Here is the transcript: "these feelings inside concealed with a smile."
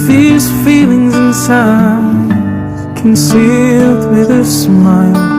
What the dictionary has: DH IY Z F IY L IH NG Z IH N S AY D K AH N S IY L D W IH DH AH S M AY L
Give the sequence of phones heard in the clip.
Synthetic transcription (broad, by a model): DH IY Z F IY L IH NG Z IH N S AY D K AH N S IY L D W IH DH AH S M AY L